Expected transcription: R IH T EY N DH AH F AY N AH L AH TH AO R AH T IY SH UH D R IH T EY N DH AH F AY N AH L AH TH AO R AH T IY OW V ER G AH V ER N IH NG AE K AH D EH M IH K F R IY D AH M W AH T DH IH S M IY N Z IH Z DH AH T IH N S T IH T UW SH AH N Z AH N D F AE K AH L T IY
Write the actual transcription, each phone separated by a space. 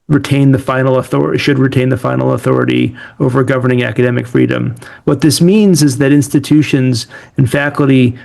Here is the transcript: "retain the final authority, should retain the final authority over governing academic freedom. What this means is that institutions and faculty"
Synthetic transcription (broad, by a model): R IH T EY N DH AH F AY N L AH TH AO R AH SH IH D R IH T EY N DH AH F AY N L AH TH AO R AH T IY OW V ER G AH V ER N IH NG AE K AH D EH M IH K F R IY D AH M W AH T DH IH S M IY N Z IH Z DH AH T IH N S T IH T UW SH AH N Z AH N F AE K L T IY